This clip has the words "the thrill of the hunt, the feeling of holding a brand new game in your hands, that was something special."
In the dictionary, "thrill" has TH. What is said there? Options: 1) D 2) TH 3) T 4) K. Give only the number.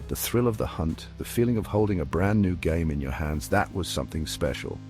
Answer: 2